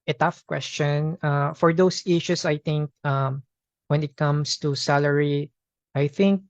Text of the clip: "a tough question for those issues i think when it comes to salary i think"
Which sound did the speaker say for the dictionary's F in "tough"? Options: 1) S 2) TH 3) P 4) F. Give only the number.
4